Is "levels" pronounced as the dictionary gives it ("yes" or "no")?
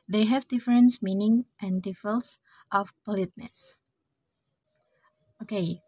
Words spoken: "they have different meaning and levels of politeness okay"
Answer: no